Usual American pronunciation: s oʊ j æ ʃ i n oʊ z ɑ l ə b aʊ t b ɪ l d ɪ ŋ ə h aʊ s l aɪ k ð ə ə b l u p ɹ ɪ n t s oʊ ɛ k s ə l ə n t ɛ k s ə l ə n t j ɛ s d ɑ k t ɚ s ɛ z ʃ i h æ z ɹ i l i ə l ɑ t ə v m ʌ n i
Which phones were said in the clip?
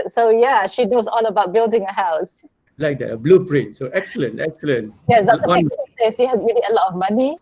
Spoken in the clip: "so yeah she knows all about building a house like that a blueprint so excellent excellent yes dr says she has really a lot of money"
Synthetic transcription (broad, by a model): s oʊ j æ ʃ i n oʊ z ɑ l ə b aʊ t b ɪ l d ɪ ŋ ə h aʊ s l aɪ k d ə ə b l u p ɹ ɪ n t s oʊ ɛ k s ə l ə n t ɛ k s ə l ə n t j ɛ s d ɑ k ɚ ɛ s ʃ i h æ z ɹ i l i ə l ɑ t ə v m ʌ n i